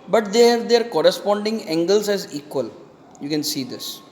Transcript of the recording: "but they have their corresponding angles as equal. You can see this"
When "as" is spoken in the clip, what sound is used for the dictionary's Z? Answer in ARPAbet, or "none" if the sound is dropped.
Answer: Z